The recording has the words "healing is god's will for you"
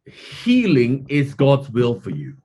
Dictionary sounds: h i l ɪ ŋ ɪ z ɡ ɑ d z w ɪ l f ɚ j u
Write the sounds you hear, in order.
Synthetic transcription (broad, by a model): h i l ɪ ŋ ɪ z ɡ ɑ d z w ɪ l f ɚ j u